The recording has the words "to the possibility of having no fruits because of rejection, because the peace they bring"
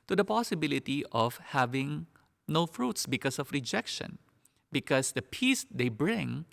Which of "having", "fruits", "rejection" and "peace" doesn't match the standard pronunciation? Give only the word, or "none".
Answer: none